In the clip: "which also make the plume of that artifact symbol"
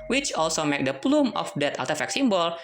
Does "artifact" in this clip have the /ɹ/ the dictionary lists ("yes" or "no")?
no